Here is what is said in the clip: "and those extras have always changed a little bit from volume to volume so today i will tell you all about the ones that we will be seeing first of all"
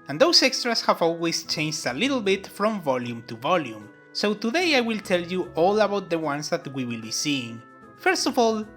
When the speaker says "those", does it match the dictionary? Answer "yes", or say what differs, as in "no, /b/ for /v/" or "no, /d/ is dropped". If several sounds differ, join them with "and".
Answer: no, /s/ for /z/